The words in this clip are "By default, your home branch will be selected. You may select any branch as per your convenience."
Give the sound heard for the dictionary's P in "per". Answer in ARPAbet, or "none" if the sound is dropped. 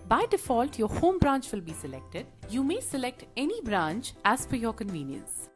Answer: F